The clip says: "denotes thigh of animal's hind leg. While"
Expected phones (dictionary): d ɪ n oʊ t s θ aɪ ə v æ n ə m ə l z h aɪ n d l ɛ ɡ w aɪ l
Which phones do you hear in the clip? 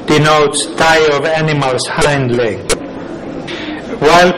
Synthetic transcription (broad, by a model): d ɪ n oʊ t s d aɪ ə v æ n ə m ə l s h aɪ n d l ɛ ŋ w aɪ l